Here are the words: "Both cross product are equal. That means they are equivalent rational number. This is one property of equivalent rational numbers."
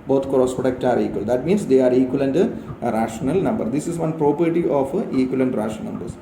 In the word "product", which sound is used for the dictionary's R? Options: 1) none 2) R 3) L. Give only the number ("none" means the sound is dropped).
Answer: 1